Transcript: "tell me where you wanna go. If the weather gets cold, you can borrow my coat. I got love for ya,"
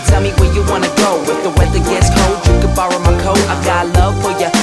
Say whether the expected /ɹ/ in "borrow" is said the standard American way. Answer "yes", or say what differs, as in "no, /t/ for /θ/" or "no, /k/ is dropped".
yes